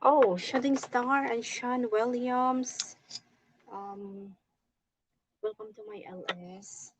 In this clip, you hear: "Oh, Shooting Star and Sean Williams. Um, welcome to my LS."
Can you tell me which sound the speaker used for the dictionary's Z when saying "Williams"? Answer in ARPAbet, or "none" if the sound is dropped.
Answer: S